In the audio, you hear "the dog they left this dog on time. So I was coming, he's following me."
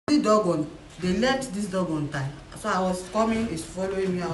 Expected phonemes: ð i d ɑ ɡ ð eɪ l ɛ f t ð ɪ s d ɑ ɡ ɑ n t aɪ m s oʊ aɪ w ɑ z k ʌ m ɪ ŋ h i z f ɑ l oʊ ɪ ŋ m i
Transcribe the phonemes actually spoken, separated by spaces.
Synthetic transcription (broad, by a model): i d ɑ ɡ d eɪ l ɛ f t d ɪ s d ɑ ɡ ɑ n t aɪ m s oʊ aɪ w ɑ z k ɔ m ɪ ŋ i s f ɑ l oʊ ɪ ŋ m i